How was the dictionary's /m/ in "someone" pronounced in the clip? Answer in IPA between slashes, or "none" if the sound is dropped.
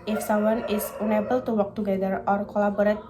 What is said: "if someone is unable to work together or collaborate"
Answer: none